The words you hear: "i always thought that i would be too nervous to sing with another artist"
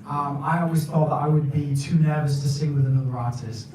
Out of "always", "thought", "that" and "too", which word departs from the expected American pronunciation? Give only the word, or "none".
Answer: none